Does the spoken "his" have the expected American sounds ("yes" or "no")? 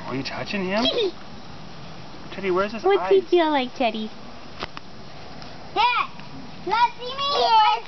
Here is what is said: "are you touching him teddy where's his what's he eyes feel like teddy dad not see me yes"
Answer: no